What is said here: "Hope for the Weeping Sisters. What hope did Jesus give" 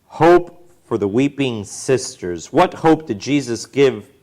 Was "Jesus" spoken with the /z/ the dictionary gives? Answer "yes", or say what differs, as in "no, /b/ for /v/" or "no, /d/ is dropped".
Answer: yes